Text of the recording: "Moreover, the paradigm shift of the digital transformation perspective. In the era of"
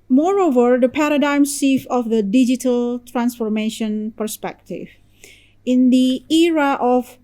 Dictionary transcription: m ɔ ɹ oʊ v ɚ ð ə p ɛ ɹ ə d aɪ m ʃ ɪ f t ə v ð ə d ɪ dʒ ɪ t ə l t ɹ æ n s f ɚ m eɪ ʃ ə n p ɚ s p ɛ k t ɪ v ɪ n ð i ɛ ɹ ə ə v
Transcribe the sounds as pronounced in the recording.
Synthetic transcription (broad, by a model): m ɔ ɹ oʊ v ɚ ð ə p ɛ ɹ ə d aɪ m s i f ə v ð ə d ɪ dʒ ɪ t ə l t ɹ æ n s f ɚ m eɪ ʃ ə n p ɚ s p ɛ k t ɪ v ɪ n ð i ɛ ɹ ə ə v